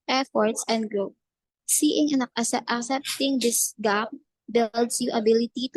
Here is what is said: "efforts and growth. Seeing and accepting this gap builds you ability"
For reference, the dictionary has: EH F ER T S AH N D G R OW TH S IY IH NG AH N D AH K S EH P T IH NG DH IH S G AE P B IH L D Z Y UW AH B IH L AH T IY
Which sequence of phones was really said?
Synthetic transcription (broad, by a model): EH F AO T S AH N D G R OW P S IY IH NG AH N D AH K S EH P T IH NG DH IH S G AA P B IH L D S Y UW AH B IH L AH T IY